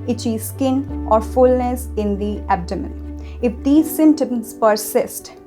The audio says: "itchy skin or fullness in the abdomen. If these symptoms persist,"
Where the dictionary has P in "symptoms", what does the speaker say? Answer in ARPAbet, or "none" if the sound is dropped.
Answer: none